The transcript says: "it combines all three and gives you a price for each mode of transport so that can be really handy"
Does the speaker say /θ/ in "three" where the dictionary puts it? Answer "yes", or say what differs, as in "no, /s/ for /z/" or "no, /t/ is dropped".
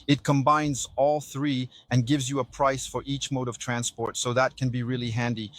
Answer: yes